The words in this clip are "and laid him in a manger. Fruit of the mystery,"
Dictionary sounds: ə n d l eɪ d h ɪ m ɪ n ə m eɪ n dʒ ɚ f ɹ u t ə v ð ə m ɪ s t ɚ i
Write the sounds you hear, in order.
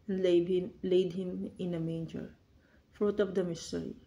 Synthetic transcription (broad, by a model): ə n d l eɪ d h ɪ m ɪ n ə m eɪ n dʒ ɚ f ɹ u t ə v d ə m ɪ s t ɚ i